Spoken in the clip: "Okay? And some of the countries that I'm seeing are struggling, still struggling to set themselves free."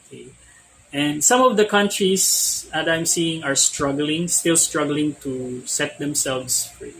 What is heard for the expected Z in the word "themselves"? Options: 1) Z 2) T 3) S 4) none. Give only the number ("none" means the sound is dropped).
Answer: 3